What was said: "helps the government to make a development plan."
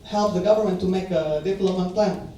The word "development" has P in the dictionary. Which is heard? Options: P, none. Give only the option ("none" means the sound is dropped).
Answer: none